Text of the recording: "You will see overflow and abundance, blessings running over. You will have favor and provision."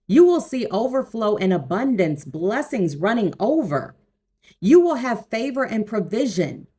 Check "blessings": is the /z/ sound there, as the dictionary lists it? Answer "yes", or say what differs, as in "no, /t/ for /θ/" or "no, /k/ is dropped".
yes